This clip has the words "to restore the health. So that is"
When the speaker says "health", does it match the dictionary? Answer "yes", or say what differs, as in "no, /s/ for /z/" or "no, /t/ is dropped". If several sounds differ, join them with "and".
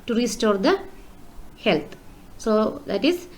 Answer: no, /t/ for /θ/